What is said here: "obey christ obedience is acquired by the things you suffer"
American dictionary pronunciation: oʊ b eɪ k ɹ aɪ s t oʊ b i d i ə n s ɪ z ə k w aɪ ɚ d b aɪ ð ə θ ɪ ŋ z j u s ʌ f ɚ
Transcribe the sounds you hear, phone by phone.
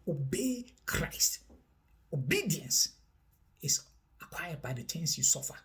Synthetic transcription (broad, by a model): oʊ b eɪ k ɹ aɪ s t oʊ b i d i ə n s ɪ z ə k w aɪ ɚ d b aɪ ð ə t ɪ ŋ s j u s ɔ f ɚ